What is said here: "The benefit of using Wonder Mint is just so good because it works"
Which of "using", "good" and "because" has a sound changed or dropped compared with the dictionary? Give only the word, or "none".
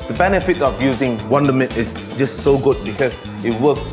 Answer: because